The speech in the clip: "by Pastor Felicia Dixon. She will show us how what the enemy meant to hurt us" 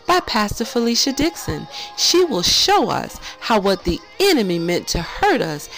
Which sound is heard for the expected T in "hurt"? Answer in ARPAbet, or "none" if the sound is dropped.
T